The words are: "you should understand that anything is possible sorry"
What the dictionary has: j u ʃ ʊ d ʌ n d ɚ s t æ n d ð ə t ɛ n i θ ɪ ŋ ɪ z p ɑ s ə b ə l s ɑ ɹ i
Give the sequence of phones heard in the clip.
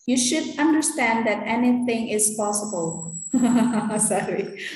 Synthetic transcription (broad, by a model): j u ʃ ʊ d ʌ n d ɚ s t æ n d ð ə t ɛ n i θ ɪ ŋ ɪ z p ɑ s ə b ə l s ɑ ɹ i